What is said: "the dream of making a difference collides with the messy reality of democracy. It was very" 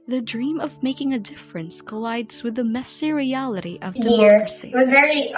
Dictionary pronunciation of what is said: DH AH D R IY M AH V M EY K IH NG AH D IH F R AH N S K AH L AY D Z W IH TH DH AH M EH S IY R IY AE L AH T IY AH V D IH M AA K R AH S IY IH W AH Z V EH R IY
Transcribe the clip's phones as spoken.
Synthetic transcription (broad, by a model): DH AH D R IY M AH V M EY K IH NG AH D IH F R AH N S K AH L AY D Z W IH DH AH M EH S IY R IY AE L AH T IY AH V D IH AH R S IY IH W AH Z V EH R IY